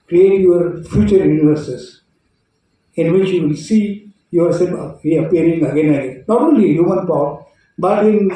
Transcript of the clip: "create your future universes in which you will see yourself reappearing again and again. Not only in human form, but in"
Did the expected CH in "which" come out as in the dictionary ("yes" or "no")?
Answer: yes